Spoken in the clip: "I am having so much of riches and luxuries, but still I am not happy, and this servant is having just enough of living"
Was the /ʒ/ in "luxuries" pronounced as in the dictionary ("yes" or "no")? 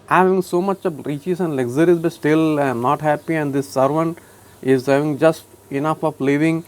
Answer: no